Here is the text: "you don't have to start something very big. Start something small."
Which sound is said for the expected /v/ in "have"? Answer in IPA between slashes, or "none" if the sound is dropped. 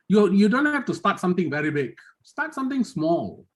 /f/